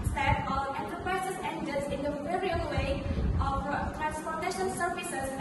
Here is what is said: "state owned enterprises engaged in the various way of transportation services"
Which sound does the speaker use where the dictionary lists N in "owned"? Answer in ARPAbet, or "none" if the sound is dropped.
none